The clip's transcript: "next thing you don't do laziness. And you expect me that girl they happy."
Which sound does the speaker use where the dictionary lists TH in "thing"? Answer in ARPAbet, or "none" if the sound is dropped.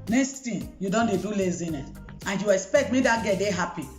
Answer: T